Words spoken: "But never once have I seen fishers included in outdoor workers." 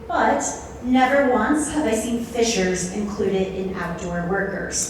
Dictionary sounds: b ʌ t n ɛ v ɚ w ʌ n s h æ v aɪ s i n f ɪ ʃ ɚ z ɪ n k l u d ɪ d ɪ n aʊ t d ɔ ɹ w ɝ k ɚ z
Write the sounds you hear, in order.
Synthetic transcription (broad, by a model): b ʌ t n ɛ v ɚ w ʌ n s h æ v aɪ s i n f ɪ ʃ ɚ z ɪ n k l u d ɪ d ɪ n aʊ t d ɔ ɹ w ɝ k ɚ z